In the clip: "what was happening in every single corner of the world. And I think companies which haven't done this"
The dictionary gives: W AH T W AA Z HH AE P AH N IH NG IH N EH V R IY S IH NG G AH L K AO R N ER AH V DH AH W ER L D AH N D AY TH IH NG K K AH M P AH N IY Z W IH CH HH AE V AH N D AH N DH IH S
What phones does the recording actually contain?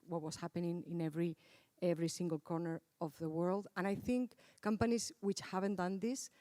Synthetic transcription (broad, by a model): W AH T W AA S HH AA P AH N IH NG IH N EH V R IY S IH NG G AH L K AO R N ER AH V DH AH W ER L D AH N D AY TH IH NG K K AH M P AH N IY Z W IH CH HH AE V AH N D AH N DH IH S